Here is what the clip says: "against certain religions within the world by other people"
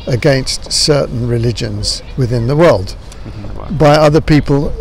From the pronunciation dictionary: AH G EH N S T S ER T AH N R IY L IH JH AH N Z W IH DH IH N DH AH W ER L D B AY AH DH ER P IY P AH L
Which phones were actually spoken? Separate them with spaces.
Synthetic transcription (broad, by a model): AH G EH N S T S ER T N R IY L IH JH AH N Z W IH DH IH N DH AH W ER L D B AY AH DH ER P IY P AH L